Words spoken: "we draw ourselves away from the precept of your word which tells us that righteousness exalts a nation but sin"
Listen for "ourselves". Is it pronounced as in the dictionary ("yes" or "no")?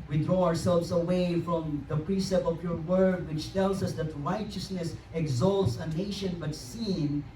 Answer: yes